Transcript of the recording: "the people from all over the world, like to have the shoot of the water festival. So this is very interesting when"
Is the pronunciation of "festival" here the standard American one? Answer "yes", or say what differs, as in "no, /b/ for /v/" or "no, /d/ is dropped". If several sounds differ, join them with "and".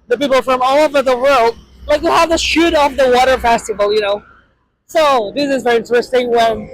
no, /n/ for /l/